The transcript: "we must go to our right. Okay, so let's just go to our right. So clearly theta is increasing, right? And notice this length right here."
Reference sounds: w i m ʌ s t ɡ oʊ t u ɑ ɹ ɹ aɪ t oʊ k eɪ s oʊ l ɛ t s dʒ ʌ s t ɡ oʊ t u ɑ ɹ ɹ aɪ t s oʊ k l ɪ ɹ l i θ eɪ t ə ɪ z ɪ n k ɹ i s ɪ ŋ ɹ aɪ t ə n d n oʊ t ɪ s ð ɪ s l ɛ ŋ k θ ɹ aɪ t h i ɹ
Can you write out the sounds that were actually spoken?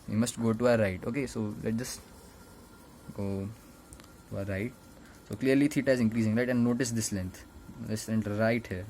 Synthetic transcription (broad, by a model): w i m ʌ s t ɡ oʊ t u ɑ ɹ ɹ aɪ t oʊ k eɪ s oʊ l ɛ t dʒ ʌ s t ɡ oʊ t u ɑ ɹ ɹ aɪ t s oʊ k l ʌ ɹ l i t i t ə ɪ z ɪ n k ɹ i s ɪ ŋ ɹ aɪ t ə n d n oʊ t ɪ s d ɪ s l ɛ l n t ɹ aɪ t h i ɹ